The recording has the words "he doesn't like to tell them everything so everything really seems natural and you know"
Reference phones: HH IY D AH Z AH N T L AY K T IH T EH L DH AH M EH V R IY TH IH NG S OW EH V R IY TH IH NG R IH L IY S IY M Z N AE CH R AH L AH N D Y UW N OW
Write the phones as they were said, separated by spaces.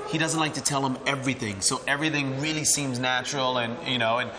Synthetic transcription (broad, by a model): HH IY D AH Z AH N T L AY K T IH T EH L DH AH M EH V R IY TH IH NG S OW EH V R IY TH IH NG R IH L IY S IY M Z N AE CH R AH L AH N Y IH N OW